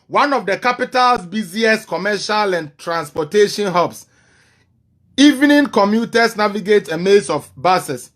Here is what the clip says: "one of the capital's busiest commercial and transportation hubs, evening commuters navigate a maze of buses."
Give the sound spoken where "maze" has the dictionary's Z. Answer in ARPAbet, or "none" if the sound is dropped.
S